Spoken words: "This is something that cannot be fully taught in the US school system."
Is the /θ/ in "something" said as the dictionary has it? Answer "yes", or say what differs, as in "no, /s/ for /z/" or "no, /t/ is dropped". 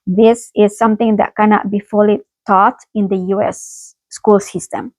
no, /t/ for /θ/